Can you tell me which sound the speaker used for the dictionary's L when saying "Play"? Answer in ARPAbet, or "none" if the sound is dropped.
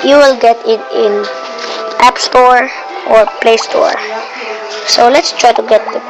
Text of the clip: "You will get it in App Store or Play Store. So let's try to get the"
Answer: L